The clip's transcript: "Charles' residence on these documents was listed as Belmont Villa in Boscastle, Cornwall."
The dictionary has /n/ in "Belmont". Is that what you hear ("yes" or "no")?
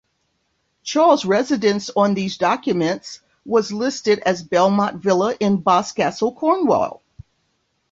no